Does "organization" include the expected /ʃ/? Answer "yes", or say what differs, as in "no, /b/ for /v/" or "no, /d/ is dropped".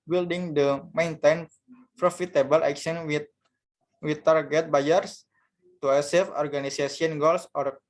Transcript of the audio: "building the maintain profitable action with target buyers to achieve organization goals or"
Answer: no, /s/ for /ʃ/